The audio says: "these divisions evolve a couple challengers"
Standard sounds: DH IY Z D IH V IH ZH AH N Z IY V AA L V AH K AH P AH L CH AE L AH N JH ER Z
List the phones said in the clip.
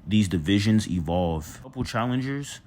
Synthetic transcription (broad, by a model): DH IY Z D IH V IH ZH AH N Z IY V AA L V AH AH P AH L CH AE L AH N JH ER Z